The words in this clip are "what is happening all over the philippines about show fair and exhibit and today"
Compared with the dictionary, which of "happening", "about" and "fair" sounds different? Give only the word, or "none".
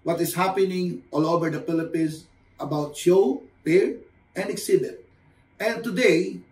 fair